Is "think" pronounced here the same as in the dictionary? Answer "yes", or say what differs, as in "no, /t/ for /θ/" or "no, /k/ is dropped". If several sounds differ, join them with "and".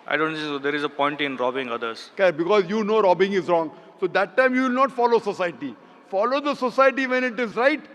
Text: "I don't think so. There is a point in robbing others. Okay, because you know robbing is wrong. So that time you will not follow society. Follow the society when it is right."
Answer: no, /s/ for /θ/